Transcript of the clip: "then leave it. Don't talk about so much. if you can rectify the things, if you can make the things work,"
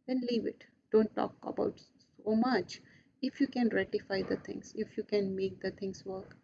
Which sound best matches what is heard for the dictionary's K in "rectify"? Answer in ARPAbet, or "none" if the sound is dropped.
none